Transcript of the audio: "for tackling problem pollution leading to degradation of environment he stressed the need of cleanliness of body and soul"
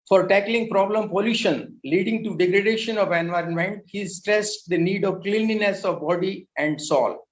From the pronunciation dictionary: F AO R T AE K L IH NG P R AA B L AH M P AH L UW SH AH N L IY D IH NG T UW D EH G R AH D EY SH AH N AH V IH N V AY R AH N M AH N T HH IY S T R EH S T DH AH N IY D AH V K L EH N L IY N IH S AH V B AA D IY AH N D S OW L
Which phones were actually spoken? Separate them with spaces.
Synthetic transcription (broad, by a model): F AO R T AE K L IH NG P R AA B L AH M P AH L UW SH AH N L IY D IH NG T UW D EH G R AH D EY SH AH N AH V IH N V AY R AH N M AH N T HH IY S T R EH S T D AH N IY D AH V K L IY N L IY N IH S AH V B AA D IY AH N D S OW L